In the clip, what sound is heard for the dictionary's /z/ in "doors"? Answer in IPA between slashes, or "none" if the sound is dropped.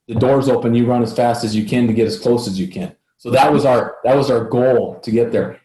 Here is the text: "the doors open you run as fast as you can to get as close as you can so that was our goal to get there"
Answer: /z/